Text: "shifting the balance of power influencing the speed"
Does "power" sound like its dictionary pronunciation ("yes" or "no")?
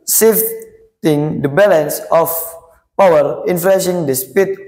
yes